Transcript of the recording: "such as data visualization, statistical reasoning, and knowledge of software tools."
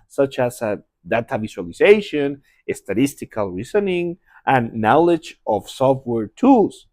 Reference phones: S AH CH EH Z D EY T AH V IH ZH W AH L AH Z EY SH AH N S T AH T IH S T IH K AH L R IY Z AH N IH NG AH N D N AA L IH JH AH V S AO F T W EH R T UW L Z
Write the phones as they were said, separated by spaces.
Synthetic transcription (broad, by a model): S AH CH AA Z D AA T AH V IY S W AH L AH S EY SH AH N S T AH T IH S T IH K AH L R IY S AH N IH NG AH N N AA L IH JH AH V S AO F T W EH R T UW L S